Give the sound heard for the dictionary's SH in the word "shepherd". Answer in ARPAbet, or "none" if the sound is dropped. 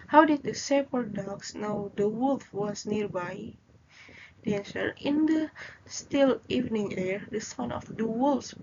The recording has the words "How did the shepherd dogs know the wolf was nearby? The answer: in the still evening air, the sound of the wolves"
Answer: S